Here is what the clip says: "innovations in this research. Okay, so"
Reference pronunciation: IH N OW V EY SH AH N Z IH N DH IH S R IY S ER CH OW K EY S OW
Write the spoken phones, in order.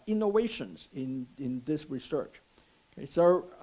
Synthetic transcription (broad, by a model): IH N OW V EY SH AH N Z IH N DH IH S R IY S ER CH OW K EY S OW